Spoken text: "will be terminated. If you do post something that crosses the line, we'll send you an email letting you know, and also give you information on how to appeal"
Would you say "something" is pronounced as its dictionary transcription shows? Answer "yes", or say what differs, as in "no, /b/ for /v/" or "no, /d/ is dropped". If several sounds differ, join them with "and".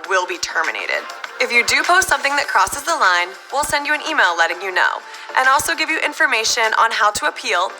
yes